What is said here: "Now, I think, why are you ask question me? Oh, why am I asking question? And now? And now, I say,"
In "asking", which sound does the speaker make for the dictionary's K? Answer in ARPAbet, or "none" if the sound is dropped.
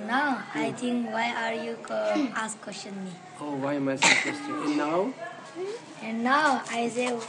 none